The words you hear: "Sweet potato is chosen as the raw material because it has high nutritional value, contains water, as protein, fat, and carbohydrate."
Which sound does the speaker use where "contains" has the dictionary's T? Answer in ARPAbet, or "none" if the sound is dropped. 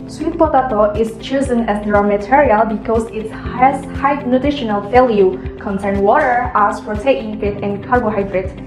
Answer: S